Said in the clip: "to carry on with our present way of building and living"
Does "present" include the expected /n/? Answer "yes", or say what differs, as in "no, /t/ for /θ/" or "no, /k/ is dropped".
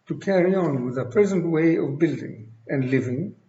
yes